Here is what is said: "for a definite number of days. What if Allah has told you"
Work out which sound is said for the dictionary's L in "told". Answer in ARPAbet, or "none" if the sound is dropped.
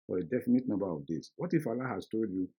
L